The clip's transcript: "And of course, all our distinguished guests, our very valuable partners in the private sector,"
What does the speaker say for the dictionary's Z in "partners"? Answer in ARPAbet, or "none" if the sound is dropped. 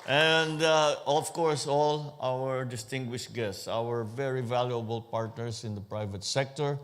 S